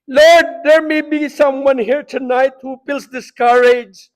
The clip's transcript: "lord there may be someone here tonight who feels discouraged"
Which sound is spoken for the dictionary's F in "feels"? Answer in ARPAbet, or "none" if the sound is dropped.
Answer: P